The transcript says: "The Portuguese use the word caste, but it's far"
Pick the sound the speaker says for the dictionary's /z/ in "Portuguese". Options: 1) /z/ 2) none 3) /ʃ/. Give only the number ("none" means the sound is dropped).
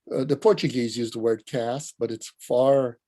1